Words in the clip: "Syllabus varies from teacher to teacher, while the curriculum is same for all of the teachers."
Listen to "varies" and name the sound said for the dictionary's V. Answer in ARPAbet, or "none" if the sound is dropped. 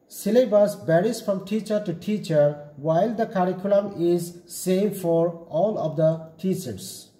B